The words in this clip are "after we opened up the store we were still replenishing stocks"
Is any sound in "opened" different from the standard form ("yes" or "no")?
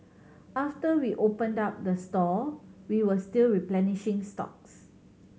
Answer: no